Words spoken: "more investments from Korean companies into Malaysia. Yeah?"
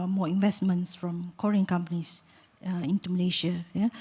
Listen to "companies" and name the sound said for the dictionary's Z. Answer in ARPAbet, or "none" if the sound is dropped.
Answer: S